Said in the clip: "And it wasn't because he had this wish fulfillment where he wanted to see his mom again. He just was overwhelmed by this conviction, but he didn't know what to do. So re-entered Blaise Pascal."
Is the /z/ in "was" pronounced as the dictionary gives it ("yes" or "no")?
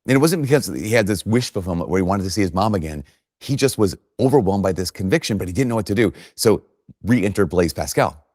yes